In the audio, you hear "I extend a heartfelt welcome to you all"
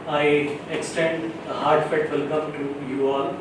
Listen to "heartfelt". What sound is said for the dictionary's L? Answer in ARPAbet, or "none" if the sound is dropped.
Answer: none